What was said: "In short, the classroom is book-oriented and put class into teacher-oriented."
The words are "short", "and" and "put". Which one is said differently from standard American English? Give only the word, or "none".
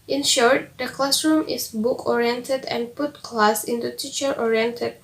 none